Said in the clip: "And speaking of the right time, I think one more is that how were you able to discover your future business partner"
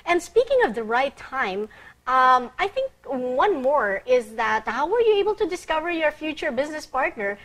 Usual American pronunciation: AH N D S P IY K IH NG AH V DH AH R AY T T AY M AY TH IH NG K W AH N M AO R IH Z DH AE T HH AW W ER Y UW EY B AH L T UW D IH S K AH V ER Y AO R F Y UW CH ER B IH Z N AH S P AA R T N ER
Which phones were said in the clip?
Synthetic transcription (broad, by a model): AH N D S P IY K IH NG AH V DH AH R AY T T AY M AY TH IH NG K W AH N M AO R IH Z DH AE T HH AW W ER Y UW EY B AH L T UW D IH S K AH V ER Y AO R F Y UW CH ER B IH Z N AH S P AA R T N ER